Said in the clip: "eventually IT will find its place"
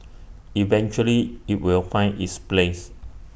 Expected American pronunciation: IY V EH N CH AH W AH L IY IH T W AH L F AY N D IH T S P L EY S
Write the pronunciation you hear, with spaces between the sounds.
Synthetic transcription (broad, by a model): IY V EH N CH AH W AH L IY IH T W AH L F AY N IH T S P L EY S